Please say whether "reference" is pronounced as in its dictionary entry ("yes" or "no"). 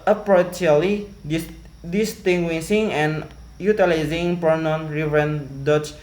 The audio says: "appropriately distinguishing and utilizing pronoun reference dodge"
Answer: no